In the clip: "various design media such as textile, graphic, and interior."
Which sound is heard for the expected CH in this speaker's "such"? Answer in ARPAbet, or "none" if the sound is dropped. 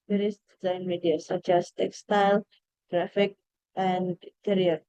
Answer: CH